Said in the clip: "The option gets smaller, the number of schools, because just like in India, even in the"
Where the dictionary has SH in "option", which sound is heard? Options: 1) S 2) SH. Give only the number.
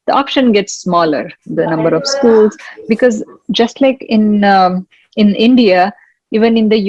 2